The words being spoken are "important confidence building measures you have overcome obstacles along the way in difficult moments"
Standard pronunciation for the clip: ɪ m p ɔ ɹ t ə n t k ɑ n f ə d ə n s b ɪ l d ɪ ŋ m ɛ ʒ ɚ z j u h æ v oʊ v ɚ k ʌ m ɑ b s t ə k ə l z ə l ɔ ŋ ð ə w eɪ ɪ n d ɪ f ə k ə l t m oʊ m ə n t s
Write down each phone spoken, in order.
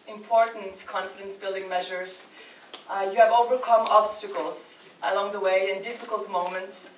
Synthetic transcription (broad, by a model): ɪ m p ɔ ɹ t n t k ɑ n f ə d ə n s b ɪ l d ɪ ŋ m ɛ ʒ ɚ z j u v oʊ v ɚ k ʌ m ɑ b s t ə k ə l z ə l ɔ ŋ ð ə w eɪ ɪ n d ɪ f ə k ə l t m oʊ m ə n t s